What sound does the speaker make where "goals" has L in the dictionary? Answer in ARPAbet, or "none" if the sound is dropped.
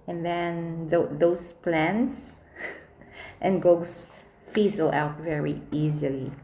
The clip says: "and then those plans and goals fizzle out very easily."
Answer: none